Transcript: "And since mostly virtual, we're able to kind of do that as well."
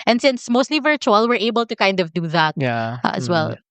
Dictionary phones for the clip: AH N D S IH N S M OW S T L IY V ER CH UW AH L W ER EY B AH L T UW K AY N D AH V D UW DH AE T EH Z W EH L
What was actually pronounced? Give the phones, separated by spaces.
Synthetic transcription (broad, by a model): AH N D S IH N S M OW S T L IY V ER CH UW AH L W ER EY B AH L T UW K AY N D AH V D UW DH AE T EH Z W EH L